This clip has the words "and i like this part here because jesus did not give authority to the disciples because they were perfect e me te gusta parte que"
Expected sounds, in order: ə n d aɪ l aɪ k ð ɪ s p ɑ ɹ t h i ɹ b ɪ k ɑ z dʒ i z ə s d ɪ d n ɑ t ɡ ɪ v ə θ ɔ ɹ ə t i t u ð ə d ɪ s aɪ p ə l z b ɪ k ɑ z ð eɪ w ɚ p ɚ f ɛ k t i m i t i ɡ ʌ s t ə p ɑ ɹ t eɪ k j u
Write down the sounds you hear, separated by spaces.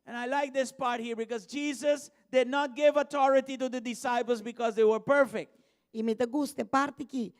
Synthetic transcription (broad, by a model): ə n aɪ l aɪ k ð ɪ s p ɑ ɹ t h i ɹ b ɪ k ɑ z dʒ i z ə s d ɪ d n ɑ t ɡ ɪ v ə t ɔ ɹ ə t i t u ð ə d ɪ s aɪ p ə l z b ɪ k ɑ z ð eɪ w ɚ p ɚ f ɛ k t i m i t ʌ ɡ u s t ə p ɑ ɹ t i k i